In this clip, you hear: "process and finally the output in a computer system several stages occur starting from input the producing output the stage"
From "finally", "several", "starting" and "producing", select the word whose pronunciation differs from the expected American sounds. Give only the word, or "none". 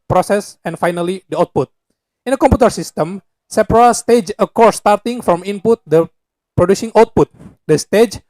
several